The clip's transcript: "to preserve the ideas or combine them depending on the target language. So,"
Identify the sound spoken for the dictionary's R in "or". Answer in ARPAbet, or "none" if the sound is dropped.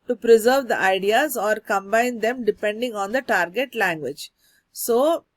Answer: R